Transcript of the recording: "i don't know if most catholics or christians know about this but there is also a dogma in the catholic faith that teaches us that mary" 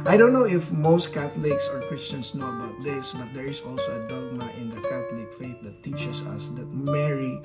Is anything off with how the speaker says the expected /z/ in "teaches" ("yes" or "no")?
yes